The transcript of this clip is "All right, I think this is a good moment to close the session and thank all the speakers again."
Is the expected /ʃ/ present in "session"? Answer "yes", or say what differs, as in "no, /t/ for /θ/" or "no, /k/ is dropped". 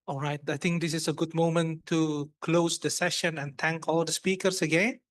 yes